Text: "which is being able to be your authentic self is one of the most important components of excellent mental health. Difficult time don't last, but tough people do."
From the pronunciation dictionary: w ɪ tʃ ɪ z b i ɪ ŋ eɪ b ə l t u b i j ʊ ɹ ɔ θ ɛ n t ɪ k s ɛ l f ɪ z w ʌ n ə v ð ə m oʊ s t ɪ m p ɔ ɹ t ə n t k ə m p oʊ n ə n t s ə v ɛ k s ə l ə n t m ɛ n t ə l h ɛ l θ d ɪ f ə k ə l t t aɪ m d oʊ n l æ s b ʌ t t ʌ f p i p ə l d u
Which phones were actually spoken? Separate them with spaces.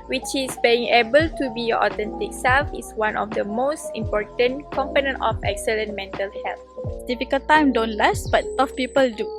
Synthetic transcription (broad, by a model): w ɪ tʃ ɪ s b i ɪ ŋ eɪ b ə l t u b i j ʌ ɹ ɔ t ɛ n t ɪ k s ɛ l f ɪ s w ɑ n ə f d ə m oʊ s t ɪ m p ɔ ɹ t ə n k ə m p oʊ n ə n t ə f ɛ k s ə l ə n m ɛ n t ə l h ɛ l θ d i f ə k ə l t t aɪ m d oʊ n l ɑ s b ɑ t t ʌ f p i p ə l d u